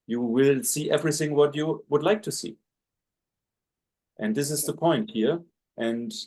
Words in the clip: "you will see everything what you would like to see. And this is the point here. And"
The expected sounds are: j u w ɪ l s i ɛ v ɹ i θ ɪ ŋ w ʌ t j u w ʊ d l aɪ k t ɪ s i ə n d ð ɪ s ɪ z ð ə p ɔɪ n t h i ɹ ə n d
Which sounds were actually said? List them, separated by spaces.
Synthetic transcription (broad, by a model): j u w ɪ l s i ɛ v ɹ i θ ɪ ŋ w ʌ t j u w ʊ d l aɪ k t ɪ s i ə n d ð ɪ s ɪ z ð ə p ɔɪ n t h i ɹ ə n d